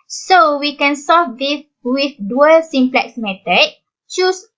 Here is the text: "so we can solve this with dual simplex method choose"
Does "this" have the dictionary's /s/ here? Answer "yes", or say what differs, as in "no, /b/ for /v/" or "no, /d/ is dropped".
no, /s/ is dropped